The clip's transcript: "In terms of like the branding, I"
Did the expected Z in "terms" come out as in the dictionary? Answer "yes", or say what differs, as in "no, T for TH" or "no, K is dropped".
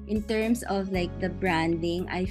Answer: no, S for Z